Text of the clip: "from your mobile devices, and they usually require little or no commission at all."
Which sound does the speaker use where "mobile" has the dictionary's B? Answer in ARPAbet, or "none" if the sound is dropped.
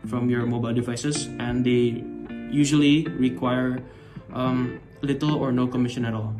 B